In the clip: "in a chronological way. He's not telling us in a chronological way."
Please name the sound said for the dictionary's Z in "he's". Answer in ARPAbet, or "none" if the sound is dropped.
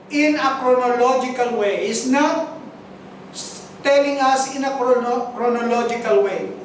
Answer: S